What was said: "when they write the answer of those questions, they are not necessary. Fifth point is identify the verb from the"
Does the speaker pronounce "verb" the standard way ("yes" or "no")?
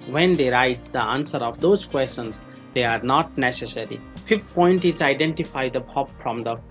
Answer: no